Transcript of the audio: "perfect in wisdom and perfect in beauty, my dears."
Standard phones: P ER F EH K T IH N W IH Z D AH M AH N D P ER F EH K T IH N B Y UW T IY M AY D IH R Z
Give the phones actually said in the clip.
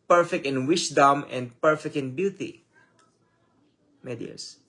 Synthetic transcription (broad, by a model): P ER F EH K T IH N W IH S D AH M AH N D P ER F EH K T IH N B Y UW T IY M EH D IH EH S